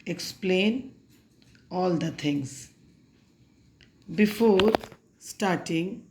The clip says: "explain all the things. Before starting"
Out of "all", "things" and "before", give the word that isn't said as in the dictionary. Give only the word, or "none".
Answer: things